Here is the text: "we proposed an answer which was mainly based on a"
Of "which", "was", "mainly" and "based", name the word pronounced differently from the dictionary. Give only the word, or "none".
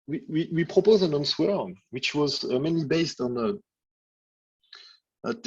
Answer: none